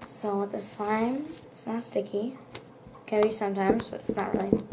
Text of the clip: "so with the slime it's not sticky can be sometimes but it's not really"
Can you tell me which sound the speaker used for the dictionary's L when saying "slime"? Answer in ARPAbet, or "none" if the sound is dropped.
none